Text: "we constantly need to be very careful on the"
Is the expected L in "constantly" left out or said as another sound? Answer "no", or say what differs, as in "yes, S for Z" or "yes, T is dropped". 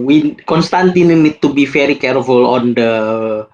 yes, L is dropped